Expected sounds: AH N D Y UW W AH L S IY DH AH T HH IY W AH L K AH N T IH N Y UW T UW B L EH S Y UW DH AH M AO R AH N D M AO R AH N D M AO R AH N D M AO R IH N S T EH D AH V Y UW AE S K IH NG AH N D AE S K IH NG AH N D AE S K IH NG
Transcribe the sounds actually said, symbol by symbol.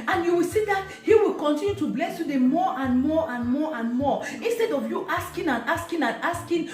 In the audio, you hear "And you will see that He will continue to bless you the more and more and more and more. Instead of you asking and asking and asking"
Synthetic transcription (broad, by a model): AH N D Y UW W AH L S IY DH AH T HH IY W AH L K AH N T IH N Y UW T UW B L EH S Y UW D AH M AO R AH N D M AO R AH N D M AO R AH N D M AO IH N S T EH D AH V Y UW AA S K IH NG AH N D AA S K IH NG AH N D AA S K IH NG